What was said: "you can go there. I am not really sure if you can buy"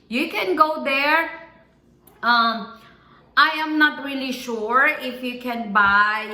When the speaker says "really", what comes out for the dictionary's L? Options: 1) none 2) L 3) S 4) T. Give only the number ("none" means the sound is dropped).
2